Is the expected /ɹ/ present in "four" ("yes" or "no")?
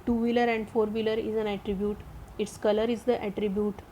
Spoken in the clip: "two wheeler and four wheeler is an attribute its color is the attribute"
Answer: yes